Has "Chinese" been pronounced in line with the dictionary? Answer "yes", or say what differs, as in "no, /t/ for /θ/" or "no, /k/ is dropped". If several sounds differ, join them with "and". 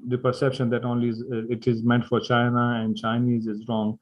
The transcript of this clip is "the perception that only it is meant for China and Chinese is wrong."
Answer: yes